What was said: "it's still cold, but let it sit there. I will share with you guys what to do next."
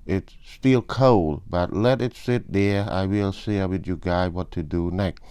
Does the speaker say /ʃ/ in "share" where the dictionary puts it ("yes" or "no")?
no